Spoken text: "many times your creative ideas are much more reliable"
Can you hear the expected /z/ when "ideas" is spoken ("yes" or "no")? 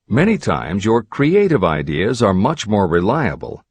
yes